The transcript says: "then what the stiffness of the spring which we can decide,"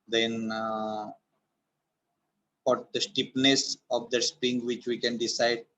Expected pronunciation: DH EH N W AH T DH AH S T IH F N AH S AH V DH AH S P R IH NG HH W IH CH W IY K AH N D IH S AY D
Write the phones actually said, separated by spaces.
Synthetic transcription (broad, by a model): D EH N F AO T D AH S T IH P N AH S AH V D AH S P R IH NG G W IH CH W IY K AH N D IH S AY D